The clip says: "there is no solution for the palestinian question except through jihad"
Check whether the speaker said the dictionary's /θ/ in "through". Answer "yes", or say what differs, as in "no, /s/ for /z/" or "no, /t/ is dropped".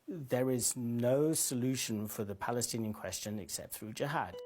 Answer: yes